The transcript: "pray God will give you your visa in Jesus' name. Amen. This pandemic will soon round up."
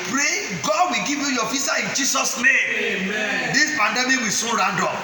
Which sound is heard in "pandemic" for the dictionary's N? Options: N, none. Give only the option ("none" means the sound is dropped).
N